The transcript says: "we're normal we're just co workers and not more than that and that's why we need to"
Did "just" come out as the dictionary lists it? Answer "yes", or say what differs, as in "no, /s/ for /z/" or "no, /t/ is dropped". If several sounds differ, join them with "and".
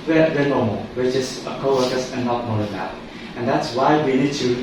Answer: no, /tʃ/ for /dʒ/